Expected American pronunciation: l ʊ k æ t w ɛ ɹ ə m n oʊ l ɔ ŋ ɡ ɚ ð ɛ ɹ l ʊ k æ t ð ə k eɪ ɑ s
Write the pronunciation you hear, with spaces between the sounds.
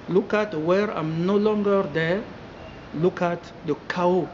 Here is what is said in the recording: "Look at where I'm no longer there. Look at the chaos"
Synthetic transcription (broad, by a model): l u k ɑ t w ɛ ɹ ə m n oʊ l ɔ ŋ ɡ ɚ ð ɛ l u k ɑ t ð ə k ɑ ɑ